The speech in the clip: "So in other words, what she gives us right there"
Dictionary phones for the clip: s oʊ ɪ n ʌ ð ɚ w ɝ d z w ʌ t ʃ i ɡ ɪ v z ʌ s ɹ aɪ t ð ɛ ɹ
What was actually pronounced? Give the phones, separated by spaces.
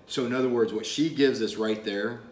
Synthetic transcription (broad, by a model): s oʊ ɪ n ʌ ð ɚ w ɝ d z w ʌ t ʃ i ɡ ɪ v z ʌ s ɹ aɪ t ð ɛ ɹ